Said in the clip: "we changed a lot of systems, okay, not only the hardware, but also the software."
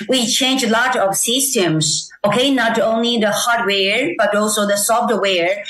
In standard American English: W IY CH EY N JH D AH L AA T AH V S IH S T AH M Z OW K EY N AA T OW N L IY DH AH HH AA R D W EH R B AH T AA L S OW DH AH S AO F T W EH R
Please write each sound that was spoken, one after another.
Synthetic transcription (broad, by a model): W IY CH EY N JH AH L AA T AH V S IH S T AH M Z OW K EY N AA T OW N L IY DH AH HH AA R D W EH R B AH T AA L S OW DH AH S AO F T W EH R